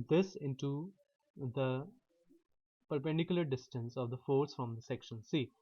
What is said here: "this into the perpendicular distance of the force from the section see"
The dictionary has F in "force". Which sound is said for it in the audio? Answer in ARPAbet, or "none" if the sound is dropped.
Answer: F